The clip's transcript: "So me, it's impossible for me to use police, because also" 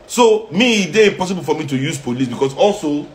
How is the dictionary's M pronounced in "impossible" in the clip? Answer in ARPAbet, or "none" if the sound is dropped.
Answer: none